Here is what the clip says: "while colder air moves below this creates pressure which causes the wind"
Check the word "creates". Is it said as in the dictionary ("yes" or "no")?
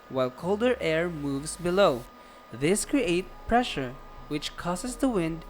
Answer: no